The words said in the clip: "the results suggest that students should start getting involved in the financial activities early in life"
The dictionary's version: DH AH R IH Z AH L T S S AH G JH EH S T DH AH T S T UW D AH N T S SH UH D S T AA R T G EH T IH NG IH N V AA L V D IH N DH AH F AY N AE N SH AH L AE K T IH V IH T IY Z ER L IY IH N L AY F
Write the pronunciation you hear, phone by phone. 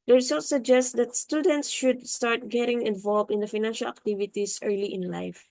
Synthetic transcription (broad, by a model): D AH R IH S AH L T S S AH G JH EH S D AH T S T UW D AH N T S SH UH D S T AA R T G EH T IH NG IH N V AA L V IH N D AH F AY N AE N SH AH L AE K T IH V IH T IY S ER L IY IH N L AY F